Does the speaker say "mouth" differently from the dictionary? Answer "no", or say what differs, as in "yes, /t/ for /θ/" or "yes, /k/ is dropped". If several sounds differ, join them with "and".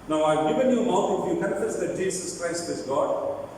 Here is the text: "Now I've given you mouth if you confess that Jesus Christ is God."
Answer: yes, /t/ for /θ/